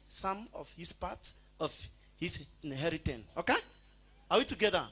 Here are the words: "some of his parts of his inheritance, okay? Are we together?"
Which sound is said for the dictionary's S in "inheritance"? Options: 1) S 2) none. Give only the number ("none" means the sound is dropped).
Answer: 2